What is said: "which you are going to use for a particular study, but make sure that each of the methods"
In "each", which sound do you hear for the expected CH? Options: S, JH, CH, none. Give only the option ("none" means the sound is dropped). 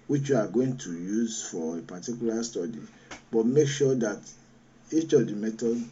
CH